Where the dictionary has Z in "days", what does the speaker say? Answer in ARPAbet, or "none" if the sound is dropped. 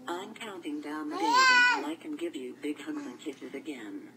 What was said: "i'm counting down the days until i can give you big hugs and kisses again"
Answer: none